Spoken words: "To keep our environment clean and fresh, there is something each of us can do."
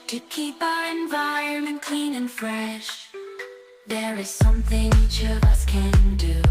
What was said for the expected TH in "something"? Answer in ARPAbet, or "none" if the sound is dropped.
TH